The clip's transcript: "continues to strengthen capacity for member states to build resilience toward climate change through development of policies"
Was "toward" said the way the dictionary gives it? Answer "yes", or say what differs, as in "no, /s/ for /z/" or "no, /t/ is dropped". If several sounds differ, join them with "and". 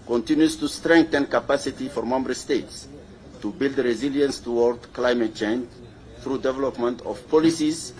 yes